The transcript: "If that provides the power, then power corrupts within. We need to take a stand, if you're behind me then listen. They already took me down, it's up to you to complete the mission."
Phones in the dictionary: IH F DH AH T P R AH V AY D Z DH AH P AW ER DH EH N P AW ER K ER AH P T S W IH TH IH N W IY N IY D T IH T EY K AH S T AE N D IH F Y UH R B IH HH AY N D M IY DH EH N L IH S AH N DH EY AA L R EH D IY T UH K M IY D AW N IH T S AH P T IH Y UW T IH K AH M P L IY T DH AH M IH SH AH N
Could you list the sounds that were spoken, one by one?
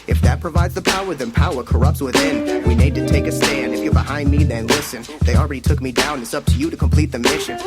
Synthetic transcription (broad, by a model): IH F DH AH T P R AH V AY D Z DH AH P AW ER DH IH N P AW ER K ER AH P T S W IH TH IH N W IY N IY D T IH T EY K AH S T AE N D IH F Y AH R B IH HH AY N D M IY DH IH N L IH S AH N DH EY AA L R EH D IY T UH K M IY D AW N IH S AH P T IH Y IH T IH K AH M P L IY T DH AH M IH SH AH N